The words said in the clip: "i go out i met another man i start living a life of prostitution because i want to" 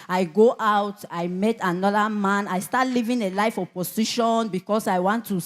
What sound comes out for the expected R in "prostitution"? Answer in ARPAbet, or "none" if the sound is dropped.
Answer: none